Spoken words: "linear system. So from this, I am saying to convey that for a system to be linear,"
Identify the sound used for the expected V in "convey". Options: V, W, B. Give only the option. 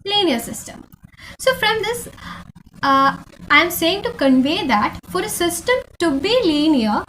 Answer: V